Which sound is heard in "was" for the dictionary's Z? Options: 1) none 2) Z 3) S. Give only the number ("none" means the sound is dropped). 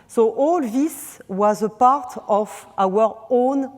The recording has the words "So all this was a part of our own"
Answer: 2